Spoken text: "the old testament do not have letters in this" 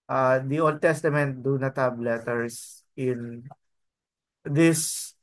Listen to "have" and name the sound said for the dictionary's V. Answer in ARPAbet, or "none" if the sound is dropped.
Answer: B